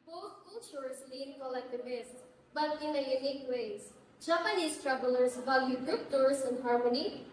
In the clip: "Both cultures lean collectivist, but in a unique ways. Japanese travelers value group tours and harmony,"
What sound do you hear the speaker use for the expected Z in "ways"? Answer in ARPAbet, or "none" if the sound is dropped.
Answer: S